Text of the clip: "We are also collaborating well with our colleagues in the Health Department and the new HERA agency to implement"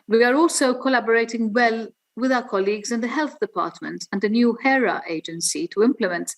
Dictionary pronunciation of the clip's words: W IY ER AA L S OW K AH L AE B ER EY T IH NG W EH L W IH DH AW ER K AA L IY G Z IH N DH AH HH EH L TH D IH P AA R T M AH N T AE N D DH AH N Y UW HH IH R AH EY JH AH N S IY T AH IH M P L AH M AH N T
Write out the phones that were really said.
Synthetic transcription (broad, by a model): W IY ER AA L S OW K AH L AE B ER EY T IH NG W EH L W IH DH AW ER K AA L IY G Z IH N DH AH HH EH L TH D IH P AA R T M AH N T N D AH N Y UW HH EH R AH EY JH AH N S IY T AH IH M P L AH M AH N T